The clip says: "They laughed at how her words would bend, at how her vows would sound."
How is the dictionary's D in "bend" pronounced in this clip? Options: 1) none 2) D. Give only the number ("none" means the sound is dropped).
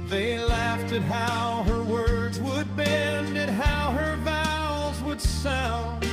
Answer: 2